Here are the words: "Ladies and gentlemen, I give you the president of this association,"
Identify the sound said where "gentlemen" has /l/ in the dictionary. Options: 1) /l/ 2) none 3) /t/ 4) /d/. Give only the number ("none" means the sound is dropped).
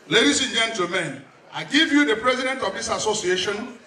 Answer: 2